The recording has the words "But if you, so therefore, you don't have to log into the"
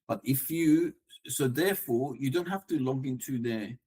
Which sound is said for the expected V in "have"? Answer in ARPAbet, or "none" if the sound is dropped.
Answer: F